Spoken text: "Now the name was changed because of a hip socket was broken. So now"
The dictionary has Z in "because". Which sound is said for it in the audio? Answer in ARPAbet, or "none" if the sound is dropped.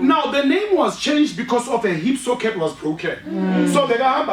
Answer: S